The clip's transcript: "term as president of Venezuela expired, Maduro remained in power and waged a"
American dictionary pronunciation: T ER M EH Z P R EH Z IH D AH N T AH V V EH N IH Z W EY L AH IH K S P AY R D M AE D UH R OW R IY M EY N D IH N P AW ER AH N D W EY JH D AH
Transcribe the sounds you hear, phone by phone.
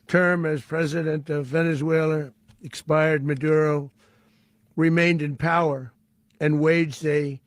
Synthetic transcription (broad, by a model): T ER M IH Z P R EH Z IH D AH N T AH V V EH N IH Z W EY L AH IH K S P AY R D M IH D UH R OW R IY M EY N D IH N P AW ER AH N W EY JH D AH